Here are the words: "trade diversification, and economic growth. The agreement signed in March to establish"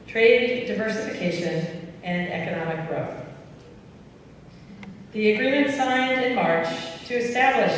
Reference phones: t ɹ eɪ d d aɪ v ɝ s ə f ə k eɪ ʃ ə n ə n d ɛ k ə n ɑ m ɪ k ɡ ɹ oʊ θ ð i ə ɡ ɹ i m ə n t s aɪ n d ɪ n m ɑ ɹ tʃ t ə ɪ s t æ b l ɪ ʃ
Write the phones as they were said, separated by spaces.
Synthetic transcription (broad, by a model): t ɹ eɪ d d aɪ v ɝ s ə f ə k eɪ ʃ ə n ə n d ɛ k ə n ɑ m ɪ k ɡ ɹ oʊ θ ð i ə ɡ ɹ i m ə n t s aɪ n d ɪ n m ɑ ɹ tʃ t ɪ s t æ b l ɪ ʃ